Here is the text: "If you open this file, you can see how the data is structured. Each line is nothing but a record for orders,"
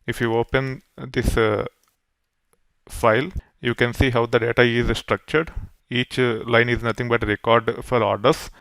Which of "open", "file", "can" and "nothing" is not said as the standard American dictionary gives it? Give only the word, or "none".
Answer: nothing